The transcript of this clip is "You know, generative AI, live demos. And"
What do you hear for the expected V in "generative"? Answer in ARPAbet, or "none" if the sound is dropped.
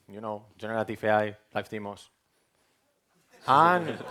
F